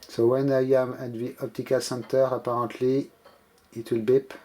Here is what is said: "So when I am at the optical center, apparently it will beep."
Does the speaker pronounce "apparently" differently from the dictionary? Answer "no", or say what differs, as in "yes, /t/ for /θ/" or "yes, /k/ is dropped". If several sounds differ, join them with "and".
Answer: yes, /n/ is dropped